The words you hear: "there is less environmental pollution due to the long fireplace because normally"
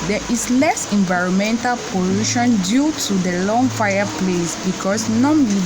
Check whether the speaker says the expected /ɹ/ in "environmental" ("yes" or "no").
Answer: yes